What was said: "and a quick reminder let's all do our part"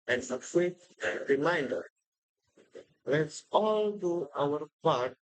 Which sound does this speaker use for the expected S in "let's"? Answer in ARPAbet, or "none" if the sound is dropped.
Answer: S